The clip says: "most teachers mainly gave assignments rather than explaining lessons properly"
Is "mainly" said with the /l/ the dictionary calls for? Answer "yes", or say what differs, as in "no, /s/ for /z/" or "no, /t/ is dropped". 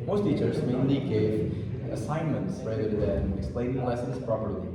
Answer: no, /l/ is dropped